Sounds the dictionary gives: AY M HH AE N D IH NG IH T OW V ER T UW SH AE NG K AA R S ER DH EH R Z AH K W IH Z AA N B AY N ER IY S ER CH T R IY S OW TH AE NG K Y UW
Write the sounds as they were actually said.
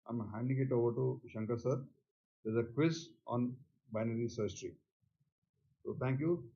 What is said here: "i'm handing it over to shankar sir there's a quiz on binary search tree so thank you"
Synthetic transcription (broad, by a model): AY M HH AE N D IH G IH T OW V ER T UW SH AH NG K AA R S ER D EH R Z AH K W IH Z AA N B AY N ER IY S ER S T R IY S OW T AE NG K Y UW